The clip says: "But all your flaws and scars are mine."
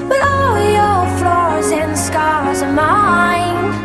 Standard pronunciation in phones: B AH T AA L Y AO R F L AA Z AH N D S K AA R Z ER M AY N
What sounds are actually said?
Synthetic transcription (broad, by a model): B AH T AA L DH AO L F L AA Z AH N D S K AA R Z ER M AY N